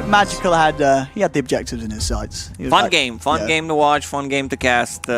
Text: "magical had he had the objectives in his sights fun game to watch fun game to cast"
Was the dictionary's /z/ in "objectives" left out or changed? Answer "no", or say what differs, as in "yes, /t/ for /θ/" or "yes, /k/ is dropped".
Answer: no